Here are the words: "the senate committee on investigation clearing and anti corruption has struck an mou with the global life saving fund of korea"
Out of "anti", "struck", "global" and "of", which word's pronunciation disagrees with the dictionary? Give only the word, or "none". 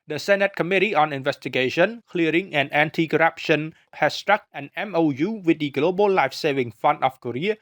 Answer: of